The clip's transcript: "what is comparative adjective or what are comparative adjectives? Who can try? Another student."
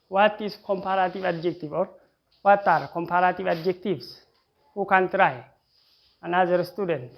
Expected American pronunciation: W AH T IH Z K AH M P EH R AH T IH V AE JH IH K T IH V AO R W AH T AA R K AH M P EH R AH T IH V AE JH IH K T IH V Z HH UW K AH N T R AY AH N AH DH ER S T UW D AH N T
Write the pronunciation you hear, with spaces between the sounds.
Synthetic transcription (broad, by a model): W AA T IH S K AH M P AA R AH T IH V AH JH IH K T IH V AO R W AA T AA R K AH M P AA R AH T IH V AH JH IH K T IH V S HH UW K AH N T R AY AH N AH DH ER S T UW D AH N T